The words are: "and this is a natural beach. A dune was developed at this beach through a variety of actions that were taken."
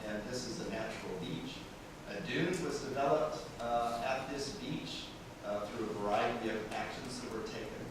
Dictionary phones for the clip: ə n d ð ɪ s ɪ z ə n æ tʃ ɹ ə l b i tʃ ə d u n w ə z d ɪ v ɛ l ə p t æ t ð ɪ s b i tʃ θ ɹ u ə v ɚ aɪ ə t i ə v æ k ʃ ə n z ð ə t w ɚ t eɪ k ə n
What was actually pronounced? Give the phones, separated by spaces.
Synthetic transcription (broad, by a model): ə n ð ɪ s ɪ z ə n æ tʃ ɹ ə l b i tʃ ə d u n w ə z d ɪ v ɛ l ə p t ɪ t ð ɪ s b i tʃ θ ɹ u ə v ɚ aɪ ə t i ə v æ k ʃ ə n z ð ə t w ɚ t eɪ k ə n